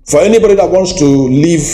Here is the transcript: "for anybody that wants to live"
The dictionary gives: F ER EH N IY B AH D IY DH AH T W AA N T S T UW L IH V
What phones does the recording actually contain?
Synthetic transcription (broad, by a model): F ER EH N IY B AH D IY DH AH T W AA N T S T UW L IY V